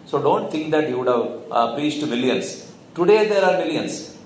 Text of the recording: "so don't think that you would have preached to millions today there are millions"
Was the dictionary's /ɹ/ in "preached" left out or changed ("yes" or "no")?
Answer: yes